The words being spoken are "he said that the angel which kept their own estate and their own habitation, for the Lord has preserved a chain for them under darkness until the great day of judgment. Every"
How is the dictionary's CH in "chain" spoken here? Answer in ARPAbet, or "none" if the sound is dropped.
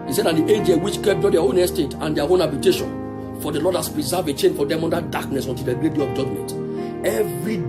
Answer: CH